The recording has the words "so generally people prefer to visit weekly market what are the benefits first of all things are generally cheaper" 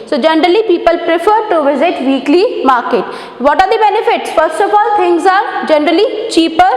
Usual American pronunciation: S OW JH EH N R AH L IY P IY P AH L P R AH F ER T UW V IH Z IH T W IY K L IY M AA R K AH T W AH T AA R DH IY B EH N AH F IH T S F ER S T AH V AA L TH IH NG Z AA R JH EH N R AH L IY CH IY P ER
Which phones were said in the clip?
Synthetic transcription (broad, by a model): S OW JH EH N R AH L IY P IY P AH L P R AH F ER T UW V IH Z IH T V IY K L IY M AA R K AH T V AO T AA R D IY B EH N AH F IH T S F ER S T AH F AA L T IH NG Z AA R JH EH N R AH L IY CH IY P ER